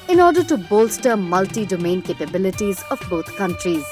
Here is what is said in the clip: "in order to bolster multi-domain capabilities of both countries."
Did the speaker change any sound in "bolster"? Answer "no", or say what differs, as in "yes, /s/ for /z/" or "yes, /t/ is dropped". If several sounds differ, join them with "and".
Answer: no